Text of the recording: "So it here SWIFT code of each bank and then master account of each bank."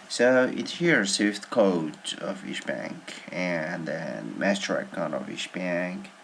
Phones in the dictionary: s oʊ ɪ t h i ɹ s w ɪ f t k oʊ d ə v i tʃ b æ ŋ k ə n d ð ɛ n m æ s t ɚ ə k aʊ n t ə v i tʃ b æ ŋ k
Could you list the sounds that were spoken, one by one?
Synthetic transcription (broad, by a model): s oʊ ɪ t h i ɹ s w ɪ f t k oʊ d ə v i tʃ b æ ŋ k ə n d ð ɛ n m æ s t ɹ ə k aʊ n ə v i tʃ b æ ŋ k